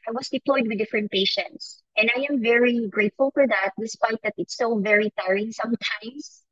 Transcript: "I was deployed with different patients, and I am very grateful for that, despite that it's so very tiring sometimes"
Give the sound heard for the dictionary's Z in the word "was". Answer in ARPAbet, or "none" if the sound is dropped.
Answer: S